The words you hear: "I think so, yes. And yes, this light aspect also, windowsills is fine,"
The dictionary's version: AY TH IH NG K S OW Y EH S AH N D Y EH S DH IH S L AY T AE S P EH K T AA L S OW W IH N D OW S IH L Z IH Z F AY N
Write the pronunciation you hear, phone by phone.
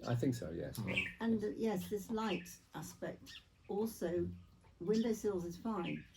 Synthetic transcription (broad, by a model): AY TH IH NG K S OW Y EH S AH N Y EH S DH IH S L AY T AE S P EH K T AA L S OW W IH N D OW S IH L Z IH Z F AY N